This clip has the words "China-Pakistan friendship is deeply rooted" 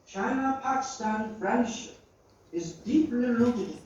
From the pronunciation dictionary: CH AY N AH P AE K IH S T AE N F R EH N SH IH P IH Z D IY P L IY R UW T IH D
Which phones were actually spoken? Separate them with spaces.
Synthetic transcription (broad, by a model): CH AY N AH P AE K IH S T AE N F R EH N SH IH P IH Z D IY P L IY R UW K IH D